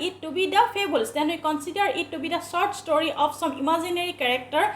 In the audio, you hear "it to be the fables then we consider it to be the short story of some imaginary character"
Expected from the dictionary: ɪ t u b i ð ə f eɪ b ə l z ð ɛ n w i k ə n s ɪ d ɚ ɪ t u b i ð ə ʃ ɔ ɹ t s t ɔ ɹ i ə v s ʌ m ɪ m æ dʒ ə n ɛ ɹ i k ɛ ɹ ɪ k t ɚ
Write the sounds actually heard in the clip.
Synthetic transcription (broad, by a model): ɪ t u b i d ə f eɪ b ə l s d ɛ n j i k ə n s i d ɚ ɪ t u b i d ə s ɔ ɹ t s t ɔ ɹ i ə p s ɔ m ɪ m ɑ z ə n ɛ ɹ i k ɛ ɹ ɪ k t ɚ